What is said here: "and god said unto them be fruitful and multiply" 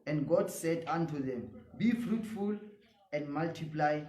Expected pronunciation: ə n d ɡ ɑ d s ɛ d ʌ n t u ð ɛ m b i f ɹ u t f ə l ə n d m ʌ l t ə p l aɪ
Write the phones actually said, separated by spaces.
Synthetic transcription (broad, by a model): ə n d ɡ ɑ d s ɛ d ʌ n t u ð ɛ m b i f ɹ u t f ə l ə n d m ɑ l t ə p l aɪ